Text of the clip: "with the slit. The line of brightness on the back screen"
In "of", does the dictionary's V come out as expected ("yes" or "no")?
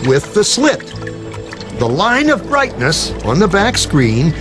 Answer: yes